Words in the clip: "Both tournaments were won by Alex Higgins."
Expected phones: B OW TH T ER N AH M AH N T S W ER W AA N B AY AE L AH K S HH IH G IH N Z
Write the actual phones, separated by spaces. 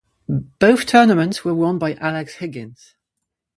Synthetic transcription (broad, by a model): B OW TH T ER N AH M AH N T S W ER W AA N B AY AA L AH K S HH IH G IH N Z